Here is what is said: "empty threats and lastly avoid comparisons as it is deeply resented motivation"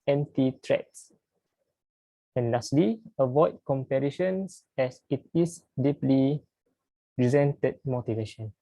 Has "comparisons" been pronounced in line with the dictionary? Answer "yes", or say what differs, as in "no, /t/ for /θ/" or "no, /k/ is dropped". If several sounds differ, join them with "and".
no, /ʃ/ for /s/ and /s/ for /z/